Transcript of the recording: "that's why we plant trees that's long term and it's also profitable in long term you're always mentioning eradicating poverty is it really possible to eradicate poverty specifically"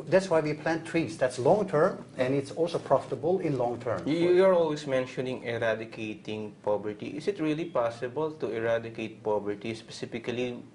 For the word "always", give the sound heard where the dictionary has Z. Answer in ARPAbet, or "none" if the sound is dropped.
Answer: S